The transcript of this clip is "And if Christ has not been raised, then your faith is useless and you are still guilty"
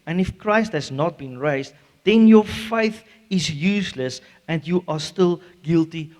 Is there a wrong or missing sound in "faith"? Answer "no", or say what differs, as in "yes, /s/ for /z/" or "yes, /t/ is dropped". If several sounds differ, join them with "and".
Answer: no